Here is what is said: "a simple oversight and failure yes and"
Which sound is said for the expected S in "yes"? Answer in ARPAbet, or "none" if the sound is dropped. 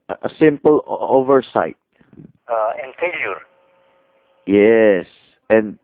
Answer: S